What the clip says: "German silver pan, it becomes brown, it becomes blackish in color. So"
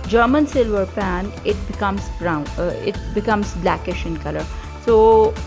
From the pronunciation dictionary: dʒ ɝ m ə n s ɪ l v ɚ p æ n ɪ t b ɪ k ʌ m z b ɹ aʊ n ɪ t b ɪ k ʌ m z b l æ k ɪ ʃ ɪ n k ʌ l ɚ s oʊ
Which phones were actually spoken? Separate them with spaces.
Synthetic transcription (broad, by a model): dʒ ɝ m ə n s ɪ l v ɚ p æ n ɪ t b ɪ k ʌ m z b ɹ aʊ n ɪ t b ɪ k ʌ m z b l æ k ɪ ʃ ɪ n k ʌ l ɚ s oʊ